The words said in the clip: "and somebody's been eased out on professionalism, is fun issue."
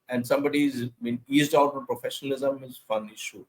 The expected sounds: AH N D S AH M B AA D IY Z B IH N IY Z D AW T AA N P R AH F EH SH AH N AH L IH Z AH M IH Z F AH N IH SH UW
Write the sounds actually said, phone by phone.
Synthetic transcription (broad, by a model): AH N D S AH M B AA D IY Z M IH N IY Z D AW T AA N P R AH F EH SH AH N AH L IH Z AH M IH Z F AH N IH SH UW